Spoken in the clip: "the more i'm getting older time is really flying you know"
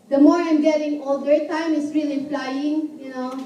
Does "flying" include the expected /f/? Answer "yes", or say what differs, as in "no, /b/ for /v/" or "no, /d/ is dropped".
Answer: no, /p/ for /f/